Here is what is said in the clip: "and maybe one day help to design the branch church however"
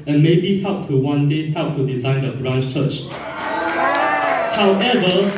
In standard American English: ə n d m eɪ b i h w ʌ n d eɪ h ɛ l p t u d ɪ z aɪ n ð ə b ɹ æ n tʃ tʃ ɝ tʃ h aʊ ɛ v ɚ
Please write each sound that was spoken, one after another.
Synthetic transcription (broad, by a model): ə n m eɪ b i h w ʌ n d eɪ h ɛ l p t u d ɪ z aɪ n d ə b ɹ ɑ n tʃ tʃ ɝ tʃ h aʊ ɛ v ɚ